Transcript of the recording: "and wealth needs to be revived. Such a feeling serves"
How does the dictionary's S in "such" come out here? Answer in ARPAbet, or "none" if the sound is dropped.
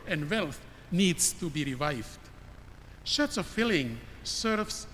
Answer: SH